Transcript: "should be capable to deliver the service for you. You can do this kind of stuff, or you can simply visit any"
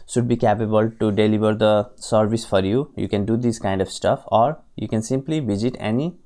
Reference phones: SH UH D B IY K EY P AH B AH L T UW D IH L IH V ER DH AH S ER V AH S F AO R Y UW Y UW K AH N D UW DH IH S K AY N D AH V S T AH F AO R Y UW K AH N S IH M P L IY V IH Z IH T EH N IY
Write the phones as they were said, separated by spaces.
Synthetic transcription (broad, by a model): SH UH D B IY K EY P AH B AH L T UW D IH L IH V ER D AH S ER V AH S F AO R Y UW Y UW K AH N D UW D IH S K AY N D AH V S T AH F AO R Y UW K AH N S IH M P L IY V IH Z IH T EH N IY